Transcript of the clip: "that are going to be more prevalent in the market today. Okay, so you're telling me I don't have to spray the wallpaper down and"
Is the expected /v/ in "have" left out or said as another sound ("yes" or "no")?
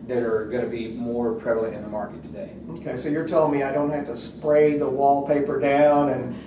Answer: yes